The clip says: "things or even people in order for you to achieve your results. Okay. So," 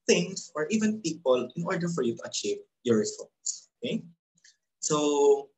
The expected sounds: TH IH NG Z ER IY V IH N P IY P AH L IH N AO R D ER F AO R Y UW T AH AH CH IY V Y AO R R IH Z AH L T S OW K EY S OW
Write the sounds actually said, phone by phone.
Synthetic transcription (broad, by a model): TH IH NG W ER IY V IH N P IY P AH L IH N AO R D ER F AO R Y UW T AH AH CH IY V Y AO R R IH S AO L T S OW K EY S OW